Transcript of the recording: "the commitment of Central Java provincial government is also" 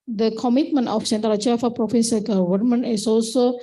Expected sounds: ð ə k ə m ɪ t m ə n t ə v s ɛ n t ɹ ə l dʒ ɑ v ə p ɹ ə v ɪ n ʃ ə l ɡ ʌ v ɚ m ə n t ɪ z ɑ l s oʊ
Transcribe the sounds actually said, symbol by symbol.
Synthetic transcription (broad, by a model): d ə k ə m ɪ t m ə n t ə f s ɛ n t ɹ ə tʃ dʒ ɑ f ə p ɹ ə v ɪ n s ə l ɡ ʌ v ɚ m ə n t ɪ s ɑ l s oʊ